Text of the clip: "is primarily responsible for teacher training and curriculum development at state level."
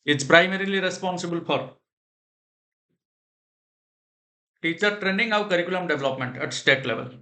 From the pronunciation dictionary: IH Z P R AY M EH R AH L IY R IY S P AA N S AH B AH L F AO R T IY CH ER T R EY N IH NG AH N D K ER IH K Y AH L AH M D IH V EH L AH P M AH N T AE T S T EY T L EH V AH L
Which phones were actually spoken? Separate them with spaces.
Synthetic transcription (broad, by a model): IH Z P R AY M EH R AH L IY R IY S P AA N S AH B AH L F AO R T IY CH ER T R EY N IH NG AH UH K ER IH K Y AH L AH M D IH V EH L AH P M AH N T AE T S T EY T L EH V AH L